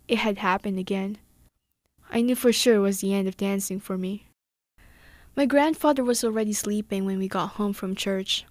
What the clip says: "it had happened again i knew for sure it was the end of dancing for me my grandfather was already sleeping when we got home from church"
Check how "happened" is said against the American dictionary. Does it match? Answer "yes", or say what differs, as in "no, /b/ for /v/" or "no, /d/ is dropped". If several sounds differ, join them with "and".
yes